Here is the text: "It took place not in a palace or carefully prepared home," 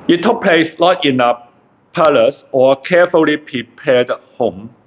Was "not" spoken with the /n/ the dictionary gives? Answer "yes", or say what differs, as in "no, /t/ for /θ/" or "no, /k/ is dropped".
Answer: no, /l/ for /n/